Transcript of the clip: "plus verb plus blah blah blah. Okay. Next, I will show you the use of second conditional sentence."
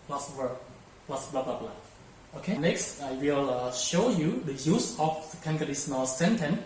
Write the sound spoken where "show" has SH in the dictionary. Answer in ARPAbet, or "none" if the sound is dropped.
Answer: SH